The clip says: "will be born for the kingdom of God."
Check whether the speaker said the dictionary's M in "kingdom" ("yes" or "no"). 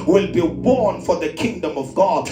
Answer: yes